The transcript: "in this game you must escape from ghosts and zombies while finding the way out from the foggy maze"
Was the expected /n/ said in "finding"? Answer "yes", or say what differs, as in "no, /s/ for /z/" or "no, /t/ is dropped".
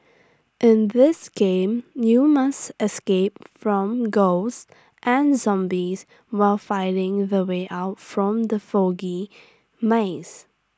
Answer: no, /n/ is dropped